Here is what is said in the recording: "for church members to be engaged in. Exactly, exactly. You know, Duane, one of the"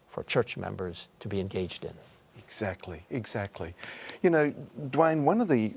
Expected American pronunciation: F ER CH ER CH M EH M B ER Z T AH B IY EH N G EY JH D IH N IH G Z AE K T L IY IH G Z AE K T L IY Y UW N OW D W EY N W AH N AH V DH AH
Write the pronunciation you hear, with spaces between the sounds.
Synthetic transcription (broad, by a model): F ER CH ER CH M EH M B ER Z T AH B IY EH N G EY JH D IH N IH G Z AE K T L IY IH G Z AE K T L IY Y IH N OW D W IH N W AH N AH V DH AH